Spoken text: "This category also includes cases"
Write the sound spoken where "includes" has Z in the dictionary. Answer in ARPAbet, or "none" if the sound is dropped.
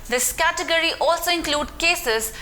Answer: none